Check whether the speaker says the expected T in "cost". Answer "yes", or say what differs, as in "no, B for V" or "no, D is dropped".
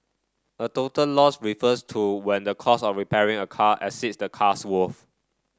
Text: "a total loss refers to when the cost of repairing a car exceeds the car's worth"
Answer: no, T is dropped